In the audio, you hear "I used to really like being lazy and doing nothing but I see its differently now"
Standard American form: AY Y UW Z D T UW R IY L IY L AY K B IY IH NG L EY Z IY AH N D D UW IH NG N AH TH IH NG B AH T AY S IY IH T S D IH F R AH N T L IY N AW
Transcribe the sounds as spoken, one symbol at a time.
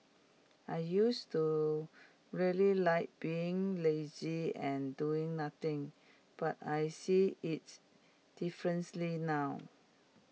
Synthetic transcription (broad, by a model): AY Y UW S T UW R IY L IY L AY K B IY IH NG L EY Z IY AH N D D UW IH NG N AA T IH NG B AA T AY S IY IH T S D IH F R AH N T L IY N AW